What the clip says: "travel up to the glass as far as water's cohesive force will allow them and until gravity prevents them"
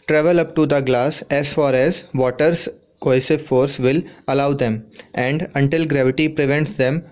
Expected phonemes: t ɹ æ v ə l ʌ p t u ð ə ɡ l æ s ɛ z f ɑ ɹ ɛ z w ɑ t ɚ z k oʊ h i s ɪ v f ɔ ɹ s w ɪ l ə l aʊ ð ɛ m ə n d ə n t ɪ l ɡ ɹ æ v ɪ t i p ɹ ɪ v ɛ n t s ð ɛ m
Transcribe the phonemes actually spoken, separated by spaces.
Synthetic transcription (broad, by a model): t ɹ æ v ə l ʌ p t u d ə ɡ l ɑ s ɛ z f ɑ ɹ ɛ z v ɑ t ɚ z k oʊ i s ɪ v f ɔ ɹ s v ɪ l ə l aʊ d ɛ m ə n d ə n t ɪ l ɡ ɹ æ v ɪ t i p ɹ ɪ v ɛ n t s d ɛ m